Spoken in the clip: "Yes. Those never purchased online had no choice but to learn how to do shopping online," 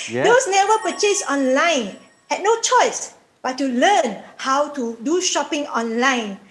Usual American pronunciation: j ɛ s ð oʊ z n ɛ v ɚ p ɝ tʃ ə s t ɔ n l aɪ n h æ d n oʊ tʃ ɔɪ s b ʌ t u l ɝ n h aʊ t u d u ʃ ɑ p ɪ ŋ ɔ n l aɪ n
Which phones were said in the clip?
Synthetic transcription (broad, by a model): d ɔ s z n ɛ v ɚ p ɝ tʃ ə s ɔ n l aɪ n h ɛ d n oʊ tʃ ɔɪ s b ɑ t u l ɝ n h aʊ t u d u ʃ ɑ p ɪ ŋ ɔ n l aɪ n